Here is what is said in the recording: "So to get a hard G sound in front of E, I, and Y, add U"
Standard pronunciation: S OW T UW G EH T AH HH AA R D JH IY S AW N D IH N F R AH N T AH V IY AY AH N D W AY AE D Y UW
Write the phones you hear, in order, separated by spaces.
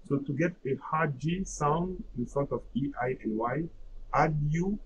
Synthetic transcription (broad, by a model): S OW T UW G EH T AH HH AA JH IY S AW N D IH N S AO T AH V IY AY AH N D W AY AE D Y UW